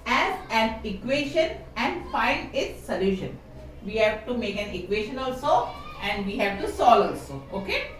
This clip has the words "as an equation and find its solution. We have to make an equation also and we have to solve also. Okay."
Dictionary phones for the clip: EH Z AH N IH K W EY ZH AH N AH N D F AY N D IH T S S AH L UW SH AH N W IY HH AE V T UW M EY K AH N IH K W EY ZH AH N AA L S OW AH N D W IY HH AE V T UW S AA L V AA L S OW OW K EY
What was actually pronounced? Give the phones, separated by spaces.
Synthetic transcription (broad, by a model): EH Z AH N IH K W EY SH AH N AH N D F AY N D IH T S S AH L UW SH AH N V IY HH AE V T UW M EY K AH N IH K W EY SH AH N AA L S OW AH N D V IY HH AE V T UW S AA L AA L S OW OW K EY